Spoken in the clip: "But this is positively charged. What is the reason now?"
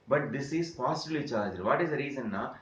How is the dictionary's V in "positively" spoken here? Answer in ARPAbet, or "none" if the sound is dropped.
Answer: B